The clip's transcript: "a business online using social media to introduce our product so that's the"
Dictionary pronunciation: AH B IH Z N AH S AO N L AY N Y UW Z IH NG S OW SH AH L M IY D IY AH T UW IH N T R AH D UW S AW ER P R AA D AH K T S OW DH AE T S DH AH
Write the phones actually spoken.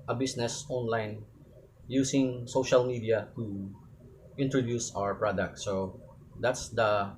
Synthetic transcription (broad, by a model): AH B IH S N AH S AO N L AY N Y UW S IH NG S OW SH AH L M IY D IY AH T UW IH N T R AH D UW S AW ER P R AA D AH K T S OW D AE T S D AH